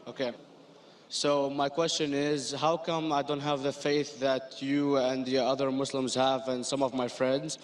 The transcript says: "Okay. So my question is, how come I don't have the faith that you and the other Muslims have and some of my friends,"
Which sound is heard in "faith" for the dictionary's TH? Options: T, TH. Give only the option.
TH